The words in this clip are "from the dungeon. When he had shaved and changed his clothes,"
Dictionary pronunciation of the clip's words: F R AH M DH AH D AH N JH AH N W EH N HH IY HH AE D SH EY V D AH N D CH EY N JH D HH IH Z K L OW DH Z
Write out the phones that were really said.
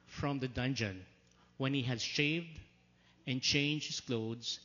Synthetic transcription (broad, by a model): F R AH M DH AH D AH N JH AH N W EH N HH IY HH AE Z SH EY V D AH N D CH EY N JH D HH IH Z K L OW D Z